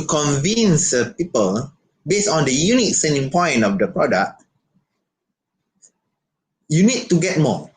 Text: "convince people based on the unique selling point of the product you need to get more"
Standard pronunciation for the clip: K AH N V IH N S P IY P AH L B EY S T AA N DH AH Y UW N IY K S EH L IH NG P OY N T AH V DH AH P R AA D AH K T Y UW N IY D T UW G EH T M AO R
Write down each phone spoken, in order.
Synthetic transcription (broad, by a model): K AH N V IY N S P IY P AH L B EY S AA N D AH Y UW N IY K S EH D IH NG P OY N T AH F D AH P R AA D AH K T Y UW N IY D T UW G EH T M AO